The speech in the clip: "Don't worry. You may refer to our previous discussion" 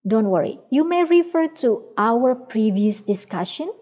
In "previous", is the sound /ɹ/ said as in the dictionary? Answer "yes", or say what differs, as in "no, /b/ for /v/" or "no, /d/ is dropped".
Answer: yes